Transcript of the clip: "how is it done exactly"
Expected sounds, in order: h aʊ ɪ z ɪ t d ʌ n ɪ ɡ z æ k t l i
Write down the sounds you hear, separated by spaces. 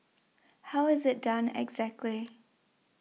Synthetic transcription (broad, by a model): h aʊ ɪ z ɪ t d ʌ n ɪ ɡ z æ k t l i